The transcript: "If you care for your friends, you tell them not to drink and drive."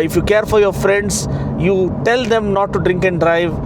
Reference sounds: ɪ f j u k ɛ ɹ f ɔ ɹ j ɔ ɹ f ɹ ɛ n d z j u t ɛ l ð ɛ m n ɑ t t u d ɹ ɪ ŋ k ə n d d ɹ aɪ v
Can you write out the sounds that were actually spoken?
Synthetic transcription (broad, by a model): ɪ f j u k ɛ ɹ f ɔ ɹ j ɔ ɹ f ɹ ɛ n d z j u t ɛ l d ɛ m n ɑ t t u d ɹ ɪ ŋ k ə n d d ɹ aɪ v